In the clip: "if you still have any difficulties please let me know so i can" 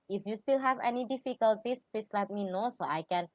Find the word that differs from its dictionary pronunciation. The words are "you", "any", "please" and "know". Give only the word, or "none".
please